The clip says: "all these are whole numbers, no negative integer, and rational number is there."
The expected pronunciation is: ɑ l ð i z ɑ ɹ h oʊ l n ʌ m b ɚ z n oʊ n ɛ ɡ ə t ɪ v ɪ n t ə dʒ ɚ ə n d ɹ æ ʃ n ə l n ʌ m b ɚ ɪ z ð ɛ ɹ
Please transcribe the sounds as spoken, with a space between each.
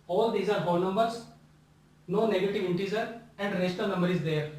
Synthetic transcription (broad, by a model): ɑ l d i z ɑ ɹ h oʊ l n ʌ m b ɚ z n oʊ n ɛ ɡ ə t ɪ v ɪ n t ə z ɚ ə n d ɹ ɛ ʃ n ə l n ʌ m b ɚ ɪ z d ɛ ɹ